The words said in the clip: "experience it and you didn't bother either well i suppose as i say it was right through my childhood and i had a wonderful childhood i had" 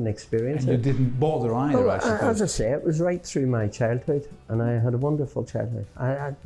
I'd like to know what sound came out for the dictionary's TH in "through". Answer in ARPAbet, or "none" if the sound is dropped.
TH